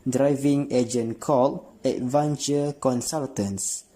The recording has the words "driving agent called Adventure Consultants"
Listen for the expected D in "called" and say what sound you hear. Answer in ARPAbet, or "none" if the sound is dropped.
none